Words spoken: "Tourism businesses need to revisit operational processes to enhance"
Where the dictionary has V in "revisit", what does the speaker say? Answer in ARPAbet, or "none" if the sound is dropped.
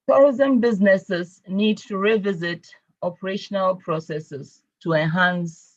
V